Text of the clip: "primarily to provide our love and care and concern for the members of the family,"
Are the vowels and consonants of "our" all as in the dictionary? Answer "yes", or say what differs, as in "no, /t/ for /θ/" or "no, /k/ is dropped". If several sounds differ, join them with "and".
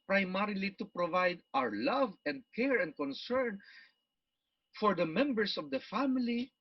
yes